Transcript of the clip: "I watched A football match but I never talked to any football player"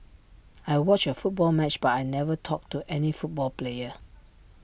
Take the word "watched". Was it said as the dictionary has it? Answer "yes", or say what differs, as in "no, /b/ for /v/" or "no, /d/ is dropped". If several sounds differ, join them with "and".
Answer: no, /t/ is dropped